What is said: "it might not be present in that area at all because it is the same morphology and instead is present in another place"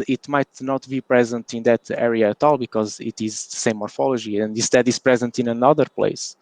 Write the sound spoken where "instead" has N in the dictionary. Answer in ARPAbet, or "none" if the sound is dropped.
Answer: none